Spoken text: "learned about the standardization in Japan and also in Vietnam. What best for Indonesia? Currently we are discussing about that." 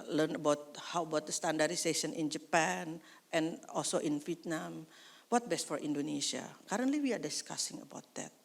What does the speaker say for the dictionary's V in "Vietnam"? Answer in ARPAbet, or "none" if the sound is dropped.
F